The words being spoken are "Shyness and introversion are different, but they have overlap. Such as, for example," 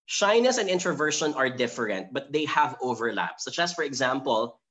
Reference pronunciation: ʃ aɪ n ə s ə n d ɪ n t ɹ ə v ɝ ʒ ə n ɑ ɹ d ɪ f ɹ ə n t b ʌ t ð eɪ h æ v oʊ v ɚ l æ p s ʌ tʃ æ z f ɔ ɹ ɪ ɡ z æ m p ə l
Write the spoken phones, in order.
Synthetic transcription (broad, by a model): ʃ aɪ n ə s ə n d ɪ n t ɹ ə v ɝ ʃ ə n ɑ ɹ d ɪ f ɹ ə n t b ʌ t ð eɪ h æ v oʊ v ɚ l æ p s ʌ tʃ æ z f ɔ ɹ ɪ ɡ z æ m p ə l